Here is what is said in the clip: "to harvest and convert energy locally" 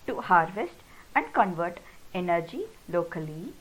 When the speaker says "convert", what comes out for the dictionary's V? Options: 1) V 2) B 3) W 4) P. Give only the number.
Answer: 1